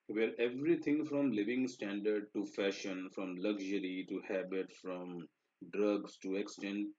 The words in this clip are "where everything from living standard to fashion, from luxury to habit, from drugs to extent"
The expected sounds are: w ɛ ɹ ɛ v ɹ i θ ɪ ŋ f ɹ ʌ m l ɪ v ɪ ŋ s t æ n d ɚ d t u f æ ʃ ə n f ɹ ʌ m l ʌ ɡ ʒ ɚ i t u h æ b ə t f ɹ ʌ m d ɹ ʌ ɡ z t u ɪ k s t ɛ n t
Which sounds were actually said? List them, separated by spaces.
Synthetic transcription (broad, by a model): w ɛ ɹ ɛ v ɹ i t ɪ ŋ f ɹ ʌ m l ɪ v ɪ ŋ s t æ n d ɚ d t u f æ ʃ ə n f ɹ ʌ m l ʌ ɡ ʒ ɚ i t u h æ b ə t f ɹ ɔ m d ɹ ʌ ɡ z t u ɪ k s t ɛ n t